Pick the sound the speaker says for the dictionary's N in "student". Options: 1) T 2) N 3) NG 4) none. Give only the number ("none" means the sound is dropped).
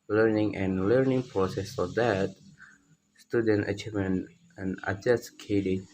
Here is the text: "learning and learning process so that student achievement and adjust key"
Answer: 2